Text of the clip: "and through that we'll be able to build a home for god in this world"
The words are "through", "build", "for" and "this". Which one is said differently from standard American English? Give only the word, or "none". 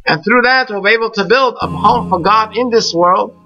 none